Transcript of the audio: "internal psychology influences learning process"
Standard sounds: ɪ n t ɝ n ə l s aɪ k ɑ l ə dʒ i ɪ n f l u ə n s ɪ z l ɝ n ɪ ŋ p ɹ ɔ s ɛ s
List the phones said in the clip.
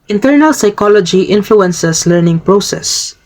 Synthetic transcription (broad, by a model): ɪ n t ɝ n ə l s aɪ k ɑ l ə dʒ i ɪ n f l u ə n s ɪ s l ɝ n ɪ ŋ p ɹ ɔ s ɛ s